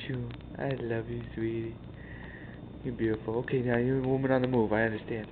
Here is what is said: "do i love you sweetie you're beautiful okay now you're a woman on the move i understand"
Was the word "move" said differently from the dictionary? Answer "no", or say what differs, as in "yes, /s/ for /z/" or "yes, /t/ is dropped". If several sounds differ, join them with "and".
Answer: no